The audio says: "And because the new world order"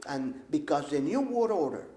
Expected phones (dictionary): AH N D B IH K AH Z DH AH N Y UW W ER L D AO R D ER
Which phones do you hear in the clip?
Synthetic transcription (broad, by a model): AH N B IH K AH Z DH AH N Y UW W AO D AO R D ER